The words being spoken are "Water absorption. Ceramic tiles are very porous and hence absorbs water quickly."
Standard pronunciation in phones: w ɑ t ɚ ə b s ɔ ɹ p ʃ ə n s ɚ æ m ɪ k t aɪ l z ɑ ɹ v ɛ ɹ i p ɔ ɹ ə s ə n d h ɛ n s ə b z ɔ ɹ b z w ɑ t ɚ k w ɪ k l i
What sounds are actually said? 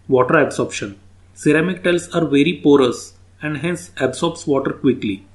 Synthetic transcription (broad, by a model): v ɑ t ɚ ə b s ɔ ɹ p ʃ ə n s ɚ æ m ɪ k t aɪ l s ɑ ɹ v ɛ ɹ i p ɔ ɹ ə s ə n d h ɛ n s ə b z ɔ ɹ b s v ɑ t ɚ k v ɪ k l i